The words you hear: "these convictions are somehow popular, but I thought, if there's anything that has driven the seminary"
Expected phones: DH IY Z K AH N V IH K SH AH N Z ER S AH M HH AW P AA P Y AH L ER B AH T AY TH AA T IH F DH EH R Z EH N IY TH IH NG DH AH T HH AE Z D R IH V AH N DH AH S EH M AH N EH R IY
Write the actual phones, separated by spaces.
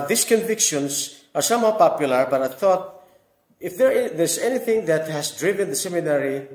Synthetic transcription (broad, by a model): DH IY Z K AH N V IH K SH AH N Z ER S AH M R P AA P Y AH L ER B AH T AY TH AA T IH F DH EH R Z EH N IY TH IH NG DH AH T HH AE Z D R IH V AH N DH AH S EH M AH N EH R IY